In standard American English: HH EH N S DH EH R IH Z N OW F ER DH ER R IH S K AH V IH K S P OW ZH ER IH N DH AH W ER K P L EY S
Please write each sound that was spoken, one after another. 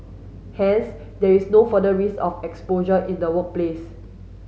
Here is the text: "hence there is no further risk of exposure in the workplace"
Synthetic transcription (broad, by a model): HH EH N S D EH R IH S N OW F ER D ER R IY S AH F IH K S P OW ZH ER IH N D AH W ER K P L EY S